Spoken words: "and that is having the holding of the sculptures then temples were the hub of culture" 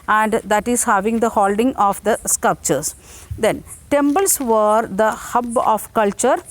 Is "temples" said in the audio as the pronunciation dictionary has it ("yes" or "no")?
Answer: no